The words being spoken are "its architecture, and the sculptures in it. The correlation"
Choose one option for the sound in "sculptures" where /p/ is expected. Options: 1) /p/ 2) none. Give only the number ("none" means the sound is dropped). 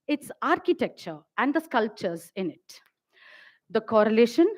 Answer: 1